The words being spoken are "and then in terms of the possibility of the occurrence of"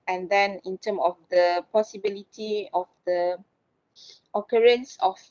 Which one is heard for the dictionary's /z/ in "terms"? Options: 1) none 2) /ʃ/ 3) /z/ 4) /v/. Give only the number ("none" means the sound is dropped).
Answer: 1